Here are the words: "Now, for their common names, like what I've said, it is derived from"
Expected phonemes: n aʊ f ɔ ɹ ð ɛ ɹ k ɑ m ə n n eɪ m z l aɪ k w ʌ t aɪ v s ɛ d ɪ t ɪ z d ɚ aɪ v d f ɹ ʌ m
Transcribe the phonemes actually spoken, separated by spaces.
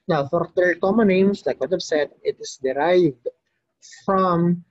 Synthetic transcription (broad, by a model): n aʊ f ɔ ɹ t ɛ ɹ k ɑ m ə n n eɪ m s l aɪ k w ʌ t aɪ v s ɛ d ɪ t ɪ s d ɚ aɪ v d f ɹ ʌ m